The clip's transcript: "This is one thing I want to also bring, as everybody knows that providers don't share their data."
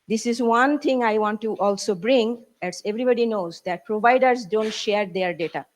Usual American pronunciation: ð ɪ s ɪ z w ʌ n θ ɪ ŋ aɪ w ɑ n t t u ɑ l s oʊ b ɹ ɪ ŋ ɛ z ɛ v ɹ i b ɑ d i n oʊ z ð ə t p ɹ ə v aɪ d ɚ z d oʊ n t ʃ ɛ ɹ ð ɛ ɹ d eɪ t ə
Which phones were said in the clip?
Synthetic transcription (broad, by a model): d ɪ s ɪ z w ʌ n t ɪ ŋ aɪ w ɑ n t t u ɑ l s oʊ b ɹ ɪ ŋ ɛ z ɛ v ɹ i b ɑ d i n oʊ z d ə t p ɹ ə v aɪ d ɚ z d oʊ n t ʃ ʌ ɹ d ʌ ɹ d eɪ t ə